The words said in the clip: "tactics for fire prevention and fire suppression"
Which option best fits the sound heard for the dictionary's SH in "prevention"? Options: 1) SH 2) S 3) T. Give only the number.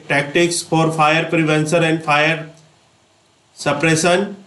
2